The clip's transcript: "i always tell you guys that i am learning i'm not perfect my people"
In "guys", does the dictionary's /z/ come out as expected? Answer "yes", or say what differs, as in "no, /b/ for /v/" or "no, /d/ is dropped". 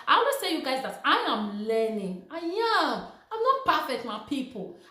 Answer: yes